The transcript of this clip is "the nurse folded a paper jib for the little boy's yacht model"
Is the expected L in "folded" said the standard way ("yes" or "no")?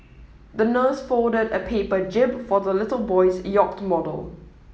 no